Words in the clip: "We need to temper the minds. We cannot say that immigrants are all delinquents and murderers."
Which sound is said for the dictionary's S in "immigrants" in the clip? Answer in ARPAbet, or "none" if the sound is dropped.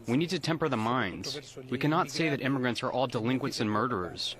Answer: S